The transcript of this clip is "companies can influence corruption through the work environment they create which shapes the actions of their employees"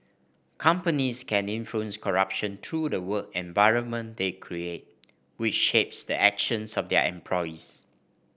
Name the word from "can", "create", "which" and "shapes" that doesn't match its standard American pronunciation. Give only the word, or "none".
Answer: none